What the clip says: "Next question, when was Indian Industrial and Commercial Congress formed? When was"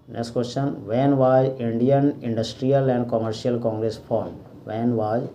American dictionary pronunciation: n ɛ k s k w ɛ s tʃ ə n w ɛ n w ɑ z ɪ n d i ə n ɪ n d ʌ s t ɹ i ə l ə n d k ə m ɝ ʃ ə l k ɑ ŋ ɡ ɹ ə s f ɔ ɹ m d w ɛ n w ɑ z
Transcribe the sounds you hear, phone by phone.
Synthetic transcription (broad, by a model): n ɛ k s k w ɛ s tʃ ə n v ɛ n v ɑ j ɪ n d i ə n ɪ n d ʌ s t ɹ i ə l ə n d k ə m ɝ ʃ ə l k ɑ ŋ ɡ ɹ ə s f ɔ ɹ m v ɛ n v ɑ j